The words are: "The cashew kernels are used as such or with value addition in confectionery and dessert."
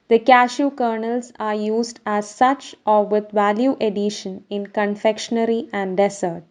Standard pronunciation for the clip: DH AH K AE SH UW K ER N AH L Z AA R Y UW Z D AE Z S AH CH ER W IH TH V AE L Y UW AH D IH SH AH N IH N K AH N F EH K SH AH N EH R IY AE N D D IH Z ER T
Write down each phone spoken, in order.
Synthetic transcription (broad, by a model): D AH K AE SH UW K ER N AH L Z AA R Y UW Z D AE Z S AH CH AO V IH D V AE L Y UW AH D IH SH AH N IH N K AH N F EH K SH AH N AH R IY AE N D D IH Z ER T